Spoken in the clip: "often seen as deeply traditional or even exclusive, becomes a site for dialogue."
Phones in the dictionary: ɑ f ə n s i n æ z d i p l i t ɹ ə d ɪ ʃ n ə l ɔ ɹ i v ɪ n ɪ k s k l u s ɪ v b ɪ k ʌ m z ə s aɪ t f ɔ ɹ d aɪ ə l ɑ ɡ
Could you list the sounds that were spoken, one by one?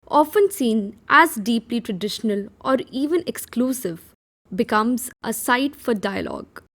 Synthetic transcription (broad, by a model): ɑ f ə n s i n æ z d i p l i t ɹ ə d ɪ ʃ n ə l ɔ ɹ i v ɪ n ɪ k s k l u s ɪ v b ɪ k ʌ m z ə s aɪ t f ɔ ɹ d aɪ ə l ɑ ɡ